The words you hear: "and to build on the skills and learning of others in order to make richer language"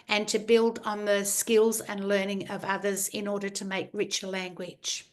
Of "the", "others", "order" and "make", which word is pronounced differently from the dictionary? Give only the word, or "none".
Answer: none